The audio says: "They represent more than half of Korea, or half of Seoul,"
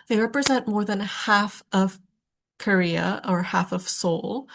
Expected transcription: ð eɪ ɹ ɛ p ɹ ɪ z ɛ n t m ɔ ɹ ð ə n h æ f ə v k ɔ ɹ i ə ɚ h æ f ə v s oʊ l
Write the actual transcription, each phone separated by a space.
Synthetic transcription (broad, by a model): ð eɪ ɹ ɛ p ɹ ɪ z ɛ n t m ɔ ɹ ð ə n h æ f ə v k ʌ ɹ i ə ɚ h æ f ə v s oʊ l